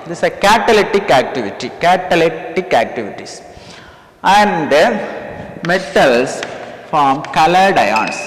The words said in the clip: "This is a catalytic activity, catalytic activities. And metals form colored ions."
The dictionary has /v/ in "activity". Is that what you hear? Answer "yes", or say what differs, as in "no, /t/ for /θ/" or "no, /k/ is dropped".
yes